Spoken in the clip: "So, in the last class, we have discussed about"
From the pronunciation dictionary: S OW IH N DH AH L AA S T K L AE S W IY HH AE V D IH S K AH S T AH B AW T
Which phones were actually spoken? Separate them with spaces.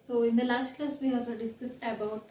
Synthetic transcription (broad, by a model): S OW IH N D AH L AA S T K L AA S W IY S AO D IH S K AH S AH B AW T